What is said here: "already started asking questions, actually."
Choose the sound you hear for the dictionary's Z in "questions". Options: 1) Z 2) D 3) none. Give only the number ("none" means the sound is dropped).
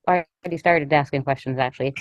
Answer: 1